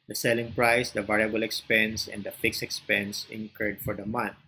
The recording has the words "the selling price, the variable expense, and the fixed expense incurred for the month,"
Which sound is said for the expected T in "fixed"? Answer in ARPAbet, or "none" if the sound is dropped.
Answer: none